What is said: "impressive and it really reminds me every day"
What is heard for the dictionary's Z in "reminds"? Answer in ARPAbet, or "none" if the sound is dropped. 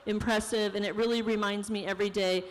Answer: Z